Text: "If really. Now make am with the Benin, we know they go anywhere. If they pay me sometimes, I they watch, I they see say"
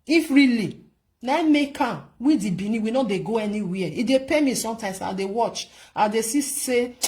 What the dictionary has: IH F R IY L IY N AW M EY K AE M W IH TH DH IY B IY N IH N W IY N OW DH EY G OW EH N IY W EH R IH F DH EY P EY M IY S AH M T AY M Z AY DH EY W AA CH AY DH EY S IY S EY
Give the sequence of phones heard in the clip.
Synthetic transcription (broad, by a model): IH F R IY L IY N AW M EY K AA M W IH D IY B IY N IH W IY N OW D EY G OW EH N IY W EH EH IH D EY P EY M IY S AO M T AY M S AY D EY W AA CH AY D EY S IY S EY